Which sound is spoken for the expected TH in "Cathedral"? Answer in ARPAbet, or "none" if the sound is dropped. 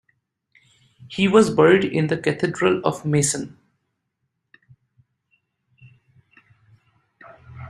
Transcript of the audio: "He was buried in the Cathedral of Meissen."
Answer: T